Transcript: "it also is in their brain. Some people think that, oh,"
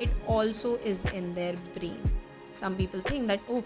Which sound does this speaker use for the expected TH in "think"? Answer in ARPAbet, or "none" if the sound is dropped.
T